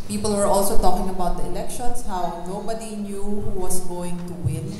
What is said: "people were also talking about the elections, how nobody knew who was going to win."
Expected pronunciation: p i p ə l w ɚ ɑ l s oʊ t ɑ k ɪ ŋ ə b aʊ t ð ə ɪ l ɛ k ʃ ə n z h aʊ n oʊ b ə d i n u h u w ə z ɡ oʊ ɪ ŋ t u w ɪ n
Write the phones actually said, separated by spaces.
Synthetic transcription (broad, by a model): p i p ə l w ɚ ɑ l s oʊ t ɑ k ɪ ŋ ə b aʊ t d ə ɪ l ɛ k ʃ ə n s h aʊ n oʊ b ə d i n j u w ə s ɡ oʊ ɪ ŋ t u w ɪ n